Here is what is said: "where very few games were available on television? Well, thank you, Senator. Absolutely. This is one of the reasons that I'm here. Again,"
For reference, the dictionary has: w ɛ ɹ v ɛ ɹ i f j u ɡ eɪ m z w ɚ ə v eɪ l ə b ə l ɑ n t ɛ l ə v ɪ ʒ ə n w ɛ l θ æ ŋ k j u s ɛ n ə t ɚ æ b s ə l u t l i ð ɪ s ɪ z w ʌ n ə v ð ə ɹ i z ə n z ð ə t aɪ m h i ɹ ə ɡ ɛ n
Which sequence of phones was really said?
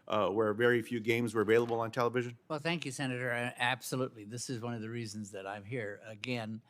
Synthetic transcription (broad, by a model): w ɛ ɹ v ɛ ɹ i f j u ɡ eɪ m z w ɚ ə v eɪ l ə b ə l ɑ n t ɛ l ə v ɪ ʒ ə n w ɛ l θ æ ŋ k j u s ɛ n ə t ɚ æ b s ə l u t l i ð ɪ s ɪ z w ʌ n ə v ð ə ɹ i z ə n z ð ə t aɪ m h i ɹ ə ɡ ɛ n